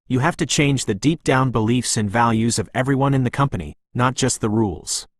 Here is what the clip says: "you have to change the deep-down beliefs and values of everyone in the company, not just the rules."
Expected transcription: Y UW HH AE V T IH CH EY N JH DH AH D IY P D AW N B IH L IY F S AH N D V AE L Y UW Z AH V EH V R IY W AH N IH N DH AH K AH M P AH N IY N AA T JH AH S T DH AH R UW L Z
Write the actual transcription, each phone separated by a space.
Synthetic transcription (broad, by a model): Y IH HH AE F T IH CH EY N JH DH AH D IY P D AW N B IH L IY F S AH N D V AE L Y UW Z AH V EH V R IY W AH N IH N DH AH K AH M P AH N IY N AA T JH AH S T DH AH R UW L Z